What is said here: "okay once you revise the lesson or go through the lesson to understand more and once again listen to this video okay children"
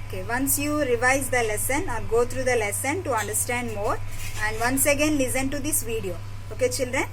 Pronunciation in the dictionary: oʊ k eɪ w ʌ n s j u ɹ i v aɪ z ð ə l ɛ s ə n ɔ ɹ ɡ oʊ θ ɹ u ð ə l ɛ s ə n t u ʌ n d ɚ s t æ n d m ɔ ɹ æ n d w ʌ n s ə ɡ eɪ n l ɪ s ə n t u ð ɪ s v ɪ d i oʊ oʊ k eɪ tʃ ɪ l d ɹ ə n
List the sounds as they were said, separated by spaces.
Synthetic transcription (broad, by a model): oʊ k eɪ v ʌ n s j u ɹ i v aɪ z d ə l ɛ s ə n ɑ l ɡ oʊ t ɹ u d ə l ɛ s ə n t u ʌ n d ɚ s t æ n d m ɔ ɹ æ n d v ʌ n s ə ɡ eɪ n l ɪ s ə n t u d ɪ s v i d i oʊ oʊ k eɪ tʃ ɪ l d ɹ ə n